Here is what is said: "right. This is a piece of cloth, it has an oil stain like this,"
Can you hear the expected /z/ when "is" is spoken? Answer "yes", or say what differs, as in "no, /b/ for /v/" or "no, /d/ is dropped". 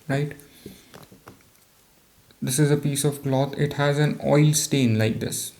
yes